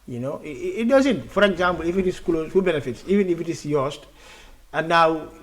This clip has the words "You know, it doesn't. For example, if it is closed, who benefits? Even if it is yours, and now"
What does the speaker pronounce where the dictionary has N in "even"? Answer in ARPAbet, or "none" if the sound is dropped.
N